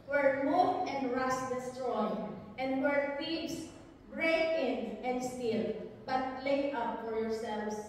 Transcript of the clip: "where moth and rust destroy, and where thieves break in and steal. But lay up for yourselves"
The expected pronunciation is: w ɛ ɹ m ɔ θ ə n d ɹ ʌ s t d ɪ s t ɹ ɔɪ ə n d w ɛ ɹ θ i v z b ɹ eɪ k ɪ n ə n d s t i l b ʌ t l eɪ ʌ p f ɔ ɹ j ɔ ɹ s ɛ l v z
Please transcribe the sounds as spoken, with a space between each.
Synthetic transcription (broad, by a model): w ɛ ɹ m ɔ t ə n d ɹ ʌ s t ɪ s t ɹ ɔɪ ə n d w ɛ ɹ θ i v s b ɹ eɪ ɪ n ə n d s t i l b ʌ t l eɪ ʌ p f ɔ ɹ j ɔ ɹ s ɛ l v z